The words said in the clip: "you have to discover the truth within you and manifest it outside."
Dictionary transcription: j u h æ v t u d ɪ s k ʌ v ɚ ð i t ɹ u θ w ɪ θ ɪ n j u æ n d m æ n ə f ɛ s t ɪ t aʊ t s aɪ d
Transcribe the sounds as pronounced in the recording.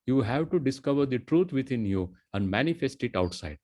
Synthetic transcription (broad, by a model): j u h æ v t u d ɪ s k ʌ v ɚ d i t ɹ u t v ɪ t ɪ n j u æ n d m æ n ə f ɛ s t ɪ t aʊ t s aɪ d